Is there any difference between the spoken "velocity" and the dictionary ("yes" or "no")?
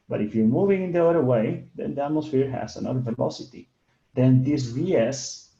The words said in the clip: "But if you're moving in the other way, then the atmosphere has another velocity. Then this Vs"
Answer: no